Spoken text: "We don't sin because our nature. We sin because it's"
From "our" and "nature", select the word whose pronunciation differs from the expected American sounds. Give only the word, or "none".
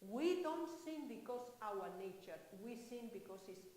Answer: none